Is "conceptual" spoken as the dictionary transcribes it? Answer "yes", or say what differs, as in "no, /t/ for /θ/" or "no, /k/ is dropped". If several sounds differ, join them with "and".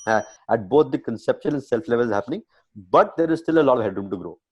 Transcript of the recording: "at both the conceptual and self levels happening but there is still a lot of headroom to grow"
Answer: no, /n/ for /l/